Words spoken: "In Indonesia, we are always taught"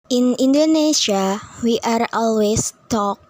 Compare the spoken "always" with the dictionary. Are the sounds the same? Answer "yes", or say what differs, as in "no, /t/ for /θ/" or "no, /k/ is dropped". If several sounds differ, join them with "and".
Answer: no, /s/ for /z/